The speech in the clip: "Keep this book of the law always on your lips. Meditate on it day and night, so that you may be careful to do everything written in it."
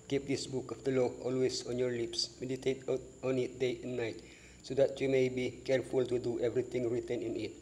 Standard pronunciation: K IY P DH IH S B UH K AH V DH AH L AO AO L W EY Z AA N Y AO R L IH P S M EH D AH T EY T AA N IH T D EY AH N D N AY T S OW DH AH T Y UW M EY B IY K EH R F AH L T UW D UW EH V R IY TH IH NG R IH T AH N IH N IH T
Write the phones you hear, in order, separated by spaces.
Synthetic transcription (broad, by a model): K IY P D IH S B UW K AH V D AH L AO AO L W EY S AA N Y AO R L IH P S M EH D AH T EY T AA N IH T D EY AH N N AY T S OW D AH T Y UW M EY B IY K EH R F AH L T UW D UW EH V R IY T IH NG R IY T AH N IH N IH T